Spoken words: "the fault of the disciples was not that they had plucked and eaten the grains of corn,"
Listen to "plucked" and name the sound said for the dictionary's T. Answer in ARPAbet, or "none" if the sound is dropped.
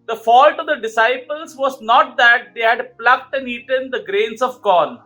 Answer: T